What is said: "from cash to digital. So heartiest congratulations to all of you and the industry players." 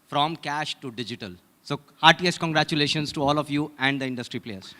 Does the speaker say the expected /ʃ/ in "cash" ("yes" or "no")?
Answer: yes